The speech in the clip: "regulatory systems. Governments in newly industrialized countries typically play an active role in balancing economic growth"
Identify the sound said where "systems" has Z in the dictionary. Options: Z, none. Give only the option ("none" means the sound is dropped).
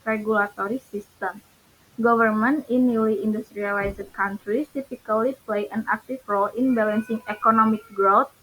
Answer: none